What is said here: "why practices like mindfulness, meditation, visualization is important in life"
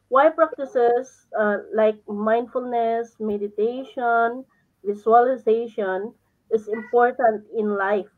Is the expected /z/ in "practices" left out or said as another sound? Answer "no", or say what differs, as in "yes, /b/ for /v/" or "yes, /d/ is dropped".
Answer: yes, /s/ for /z/